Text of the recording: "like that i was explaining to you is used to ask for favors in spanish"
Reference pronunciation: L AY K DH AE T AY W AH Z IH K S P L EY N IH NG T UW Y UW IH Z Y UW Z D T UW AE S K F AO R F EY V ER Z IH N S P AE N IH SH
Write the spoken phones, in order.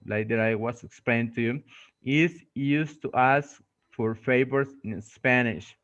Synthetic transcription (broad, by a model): L AY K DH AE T AY W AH S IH K S P L EY IH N T UW Y UW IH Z Y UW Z T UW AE S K F AO R F EY B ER S IH N S P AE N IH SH